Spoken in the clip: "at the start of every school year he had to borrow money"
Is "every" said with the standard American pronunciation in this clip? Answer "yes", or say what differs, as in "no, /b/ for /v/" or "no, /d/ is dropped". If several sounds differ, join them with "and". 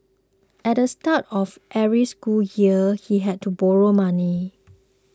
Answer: no, /v/ is dropped